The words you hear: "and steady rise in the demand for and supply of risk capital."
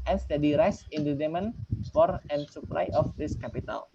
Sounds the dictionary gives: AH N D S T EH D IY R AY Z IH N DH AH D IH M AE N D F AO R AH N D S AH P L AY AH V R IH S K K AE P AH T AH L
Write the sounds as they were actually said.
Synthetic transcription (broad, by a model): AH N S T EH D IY R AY S IH N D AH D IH M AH N F AO R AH N S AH P L AY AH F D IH S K K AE P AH T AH L